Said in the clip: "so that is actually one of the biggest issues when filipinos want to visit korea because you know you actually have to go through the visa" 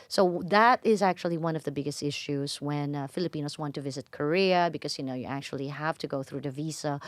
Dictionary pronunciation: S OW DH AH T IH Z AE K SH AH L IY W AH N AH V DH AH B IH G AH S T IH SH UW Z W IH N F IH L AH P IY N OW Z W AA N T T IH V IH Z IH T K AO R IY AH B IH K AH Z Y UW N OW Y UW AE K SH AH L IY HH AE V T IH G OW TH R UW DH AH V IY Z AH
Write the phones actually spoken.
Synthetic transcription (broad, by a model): S OW DH AH T IH Z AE K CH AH L IY W AH N AH V DH AH B IH G AH S T IH SH UW Z W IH N F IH L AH P IY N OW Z W AA N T T IH V IH Z IH T K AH R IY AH B IH K AH Z Y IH N OW Y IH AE K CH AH L IY HH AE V T IH G OW TH R UW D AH V IY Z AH